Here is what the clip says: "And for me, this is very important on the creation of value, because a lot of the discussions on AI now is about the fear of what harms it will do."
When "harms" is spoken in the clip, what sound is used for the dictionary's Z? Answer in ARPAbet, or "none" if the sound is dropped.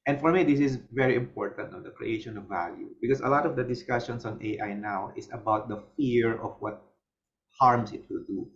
S